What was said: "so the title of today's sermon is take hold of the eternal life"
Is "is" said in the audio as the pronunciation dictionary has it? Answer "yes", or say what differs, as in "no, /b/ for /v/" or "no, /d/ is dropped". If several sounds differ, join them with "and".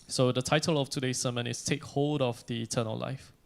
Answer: no, /s/ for /z/